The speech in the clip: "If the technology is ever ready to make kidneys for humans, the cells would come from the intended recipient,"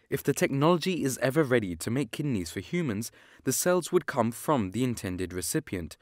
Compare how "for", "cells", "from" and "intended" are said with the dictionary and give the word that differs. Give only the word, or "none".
none